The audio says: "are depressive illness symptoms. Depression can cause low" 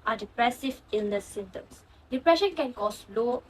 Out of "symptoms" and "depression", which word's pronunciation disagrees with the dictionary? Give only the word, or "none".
symptoms